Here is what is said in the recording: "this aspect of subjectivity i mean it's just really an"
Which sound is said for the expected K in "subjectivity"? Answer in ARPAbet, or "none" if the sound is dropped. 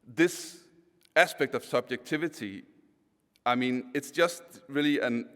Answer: K